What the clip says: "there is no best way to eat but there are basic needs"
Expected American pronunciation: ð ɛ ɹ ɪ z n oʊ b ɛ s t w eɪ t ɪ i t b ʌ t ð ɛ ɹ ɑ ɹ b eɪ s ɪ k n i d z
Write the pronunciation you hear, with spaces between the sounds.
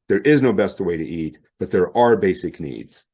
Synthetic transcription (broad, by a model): ð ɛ ɹ ɪ z n oʊ b ɛ s t w eɪ t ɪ i t b ʌ t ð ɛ ɹ ɑ ɹ b eɪ s ɪ k n i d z